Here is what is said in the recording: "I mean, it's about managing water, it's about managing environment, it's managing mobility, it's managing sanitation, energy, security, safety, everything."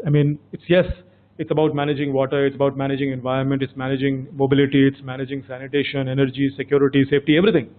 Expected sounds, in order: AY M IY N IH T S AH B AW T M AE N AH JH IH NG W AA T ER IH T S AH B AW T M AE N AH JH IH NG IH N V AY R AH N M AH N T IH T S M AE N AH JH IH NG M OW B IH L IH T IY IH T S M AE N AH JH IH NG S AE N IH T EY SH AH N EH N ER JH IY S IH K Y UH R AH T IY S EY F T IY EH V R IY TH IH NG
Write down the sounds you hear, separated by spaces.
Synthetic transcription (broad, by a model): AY M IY N IH T S AH B AW T M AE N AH JH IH NG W AA T ER IH T S AH B AW T M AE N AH JH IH NG IH N V AY R AH N M AH N T IH T S M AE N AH JH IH NG M OW B IH L IH T IY IH T S M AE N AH JH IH NG S AE N IH T EY SH AH N EH N ER JH IY S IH K Y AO R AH T IY S EY F T IY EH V R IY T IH NG